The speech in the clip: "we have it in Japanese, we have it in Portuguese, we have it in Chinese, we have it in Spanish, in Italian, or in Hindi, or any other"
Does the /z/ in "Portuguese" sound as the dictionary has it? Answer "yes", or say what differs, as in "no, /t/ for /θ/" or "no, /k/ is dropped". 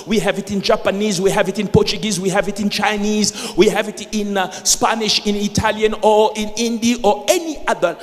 yes